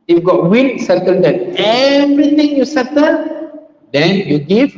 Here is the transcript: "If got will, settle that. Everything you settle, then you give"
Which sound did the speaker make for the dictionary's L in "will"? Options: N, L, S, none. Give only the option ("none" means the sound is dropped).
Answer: N